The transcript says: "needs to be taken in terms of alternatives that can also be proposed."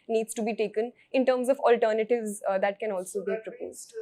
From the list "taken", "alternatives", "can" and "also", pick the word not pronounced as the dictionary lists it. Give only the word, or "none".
none